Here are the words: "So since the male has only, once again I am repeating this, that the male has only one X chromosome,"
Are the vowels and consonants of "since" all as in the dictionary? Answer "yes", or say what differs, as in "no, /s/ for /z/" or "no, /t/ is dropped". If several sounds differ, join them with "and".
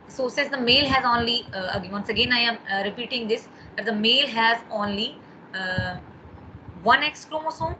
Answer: no, /n/ is dropped